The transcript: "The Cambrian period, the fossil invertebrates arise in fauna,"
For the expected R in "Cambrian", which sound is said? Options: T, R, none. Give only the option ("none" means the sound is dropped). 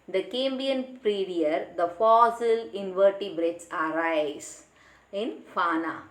none